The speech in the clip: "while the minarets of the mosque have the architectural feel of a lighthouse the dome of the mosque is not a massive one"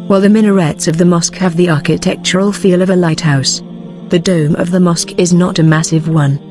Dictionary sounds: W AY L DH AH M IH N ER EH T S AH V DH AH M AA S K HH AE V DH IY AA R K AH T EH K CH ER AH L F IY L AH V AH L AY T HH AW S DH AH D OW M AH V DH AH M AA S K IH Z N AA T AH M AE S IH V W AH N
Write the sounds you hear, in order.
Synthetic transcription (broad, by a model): W AY L DH AH M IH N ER EH T S AH V DH AH M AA S K HH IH V DH IY AA R K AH T EH K CH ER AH L F IY L AH V AH L AY T HH AW S DH AH D OW M AH V DH AH M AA S K IH Z N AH T AH M AE S IH V W AH N